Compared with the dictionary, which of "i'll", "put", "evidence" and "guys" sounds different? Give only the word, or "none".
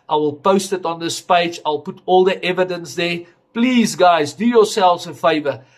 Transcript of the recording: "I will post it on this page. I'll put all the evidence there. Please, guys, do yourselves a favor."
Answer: none